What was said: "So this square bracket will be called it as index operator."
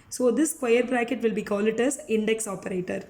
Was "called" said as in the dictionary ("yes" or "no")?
no